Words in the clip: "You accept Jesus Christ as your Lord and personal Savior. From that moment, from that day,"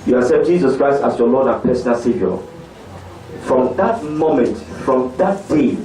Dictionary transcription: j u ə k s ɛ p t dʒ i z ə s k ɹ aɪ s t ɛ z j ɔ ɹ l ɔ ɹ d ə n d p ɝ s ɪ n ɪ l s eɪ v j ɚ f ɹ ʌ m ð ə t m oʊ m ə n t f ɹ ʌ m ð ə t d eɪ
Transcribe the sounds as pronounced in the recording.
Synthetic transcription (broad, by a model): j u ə s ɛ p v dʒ i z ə s k ɹ aɪ s t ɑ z j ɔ l ɔ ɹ d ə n p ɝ s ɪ n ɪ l s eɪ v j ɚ f ɹ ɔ m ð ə t m oʊ m ə n t f ɹ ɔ m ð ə t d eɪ